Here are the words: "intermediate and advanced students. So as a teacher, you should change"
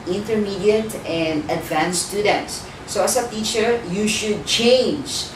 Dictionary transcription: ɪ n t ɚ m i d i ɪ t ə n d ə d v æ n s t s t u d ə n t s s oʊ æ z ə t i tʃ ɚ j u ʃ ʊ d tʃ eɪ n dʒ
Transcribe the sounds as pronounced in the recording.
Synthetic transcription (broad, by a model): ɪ n t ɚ m i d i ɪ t ə n d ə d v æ n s s t u d ə n t s s oʊ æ s ə t i tʃ ɚ j u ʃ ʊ d tʃ eɪ n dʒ